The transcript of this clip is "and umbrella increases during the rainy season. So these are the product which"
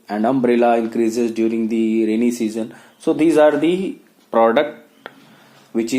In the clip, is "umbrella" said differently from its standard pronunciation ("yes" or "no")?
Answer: no